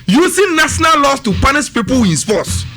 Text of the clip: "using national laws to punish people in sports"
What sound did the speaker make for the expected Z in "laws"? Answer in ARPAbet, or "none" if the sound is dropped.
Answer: S